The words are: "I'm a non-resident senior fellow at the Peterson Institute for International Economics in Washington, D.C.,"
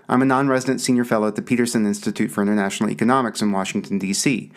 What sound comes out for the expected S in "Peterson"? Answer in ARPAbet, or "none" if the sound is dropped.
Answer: S